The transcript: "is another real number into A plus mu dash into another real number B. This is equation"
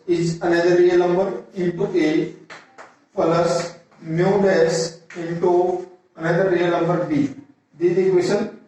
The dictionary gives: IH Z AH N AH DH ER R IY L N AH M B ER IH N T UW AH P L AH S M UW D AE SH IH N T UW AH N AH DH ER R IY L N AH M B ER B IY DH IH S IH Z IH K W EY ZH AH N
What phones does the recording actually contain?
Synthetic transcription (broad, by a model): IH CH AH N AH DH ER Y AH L N AH M B ER IH N T UW AH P L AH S M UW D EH S IH N T UW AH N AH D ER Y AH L N AH M B ER B IY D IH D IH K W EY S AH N